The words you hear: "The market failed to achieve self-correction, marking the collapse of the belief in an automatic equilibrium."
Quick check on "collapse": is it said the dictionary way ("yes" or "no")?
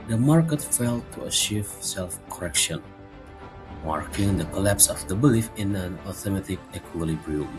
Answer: yes